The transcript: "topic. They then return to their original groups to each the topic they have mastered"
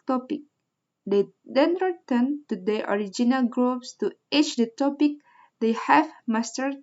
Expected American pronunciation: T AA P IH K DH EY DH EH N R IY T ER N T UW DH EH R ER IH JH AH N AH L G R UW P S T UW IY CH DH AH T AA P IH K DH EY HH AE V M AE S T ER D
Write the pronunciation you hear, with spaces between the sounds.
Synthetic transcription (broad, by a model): T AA P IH K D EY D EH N R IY T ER N T UW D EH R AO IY JH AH N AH L G R UW P S T UW IY CH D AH T AA P IH K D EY HH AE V M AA S T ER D